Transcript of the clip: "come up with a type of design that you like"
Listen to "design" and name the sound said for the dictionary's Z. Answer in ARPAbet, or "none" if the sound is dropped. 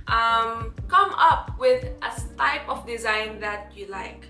Z